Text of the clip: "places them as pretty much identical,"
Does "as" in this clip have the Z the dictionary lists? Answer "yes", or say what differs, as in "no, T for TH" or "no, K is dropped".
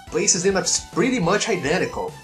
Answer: no, S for Z